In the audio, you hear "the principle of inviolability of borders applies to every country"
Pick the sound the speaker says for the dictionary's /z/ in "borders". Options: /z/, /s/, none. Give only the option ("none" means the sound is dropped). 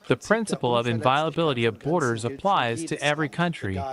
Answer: /z/